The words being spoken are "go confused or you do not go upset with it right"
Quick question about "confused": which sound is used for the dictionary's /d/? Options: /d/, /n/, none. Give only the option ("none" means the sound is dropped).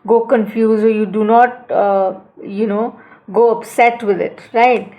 none